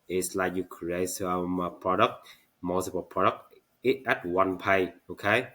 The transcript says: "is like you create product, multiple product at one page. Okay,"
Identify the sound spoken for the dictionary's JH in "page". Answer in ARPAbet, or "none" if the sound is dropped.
none